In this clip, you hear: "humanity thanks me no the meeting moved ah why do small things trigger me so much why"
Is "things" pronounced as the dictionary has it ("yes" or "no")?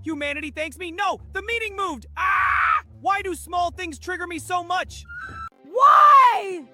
yes